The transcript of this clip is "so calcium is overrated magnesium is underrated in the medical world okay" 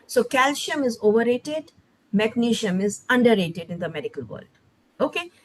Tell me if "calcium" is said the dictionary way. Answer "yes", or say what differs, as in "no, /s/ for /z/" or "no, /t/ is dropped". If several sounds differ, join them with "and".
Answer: no, /ʃ/ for /s/